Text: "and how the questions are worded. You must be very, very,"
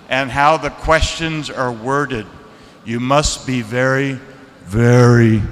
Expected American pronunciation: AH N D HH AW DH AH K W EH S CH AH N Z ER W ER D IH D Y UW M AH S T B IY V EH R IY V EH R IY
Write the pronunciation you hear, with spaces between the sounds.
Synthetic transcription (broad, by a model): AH N HH AW DH AH K W EH S CH AH N Z ER W ER D IH D Y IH M AH S T B IY V EH R IY V EH R IY